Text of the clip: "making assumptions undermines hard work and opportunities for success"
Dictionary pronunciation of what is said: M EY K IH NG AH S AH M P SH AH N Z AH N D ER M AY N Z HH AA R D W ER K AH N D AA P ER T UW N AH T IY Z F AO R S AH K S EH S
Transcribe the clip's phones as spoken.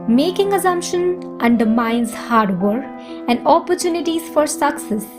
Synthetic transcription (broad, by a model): M EY K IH NG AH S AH M P SH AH N AH N D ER M AY N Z HH AA R D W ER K AH N D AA P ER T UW N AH T IY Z F AO R S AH K S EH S